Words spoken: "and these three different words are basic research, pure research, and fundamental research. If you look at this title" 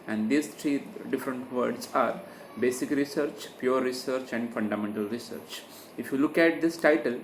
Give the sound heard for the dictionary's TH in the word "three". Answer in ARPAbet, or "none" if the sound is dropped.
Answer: T